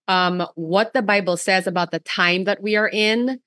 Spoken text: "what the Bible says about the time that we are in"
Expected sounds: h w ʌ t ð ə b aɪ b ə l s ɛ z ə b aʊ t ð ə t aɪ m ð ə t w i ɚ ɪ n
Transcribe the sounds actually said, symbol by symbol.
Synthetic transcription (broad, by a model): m w ʌ t ð ə b aɪ b l s ɛ z ə b aʊ t ð ə t aɪ m ð ə t w i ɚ ɪ n